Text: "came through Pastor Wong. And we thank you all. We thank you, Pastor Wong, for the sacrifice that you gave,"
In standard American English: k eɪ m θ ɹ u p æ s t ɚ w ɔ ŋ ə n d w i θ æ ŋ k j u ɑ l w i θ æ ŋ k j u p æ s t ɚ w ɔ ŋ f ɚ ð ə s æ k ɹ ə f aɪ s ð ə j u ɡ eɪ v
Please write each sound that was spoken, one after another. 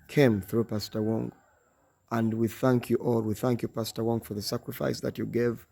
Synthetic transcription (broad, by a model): k eɪ m θ ɹ u p æ s t ɚ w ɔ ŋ ə n d w i θ æ ŋ k j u ɑ l w i θ æ ŋ k j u p æ s t ɚ w ɔ ŋ f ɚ ð ə s æ k ɹ ə f aɪ s ð ə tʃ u ɡ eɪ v